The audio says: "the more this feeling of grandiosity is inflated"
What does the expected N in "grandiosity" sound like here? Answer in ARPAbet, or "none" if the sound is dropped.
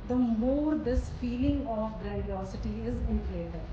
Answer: none